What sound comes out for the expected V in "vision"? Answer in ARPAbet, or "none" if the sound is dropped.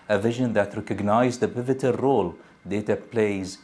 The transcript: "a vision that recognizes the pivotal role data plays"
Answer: V